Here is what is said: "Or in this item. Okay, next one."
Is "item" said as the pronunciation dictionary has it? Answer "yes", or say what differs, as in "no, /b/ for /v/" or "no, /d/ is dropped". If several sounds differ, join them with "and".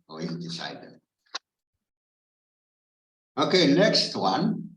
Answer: no, /m/ is dropped